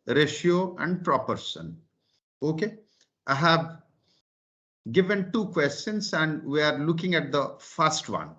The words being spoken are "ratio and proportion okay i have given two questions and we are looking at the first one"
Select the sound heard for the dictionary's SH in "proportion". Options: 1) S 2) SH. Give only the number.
1